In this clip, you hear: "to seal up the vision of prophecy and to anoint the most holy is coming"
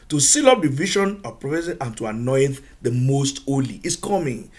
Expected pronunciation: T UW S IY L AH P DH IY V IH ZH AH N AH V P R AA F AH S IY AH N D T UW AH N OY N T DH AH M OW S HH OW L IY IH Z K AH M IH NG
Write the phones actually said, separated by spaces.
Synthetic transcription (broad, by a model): T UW S IY L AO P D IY V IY SH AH N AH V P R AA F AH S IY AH N T UW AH N OY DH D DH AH M OW S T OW L IY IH S K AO M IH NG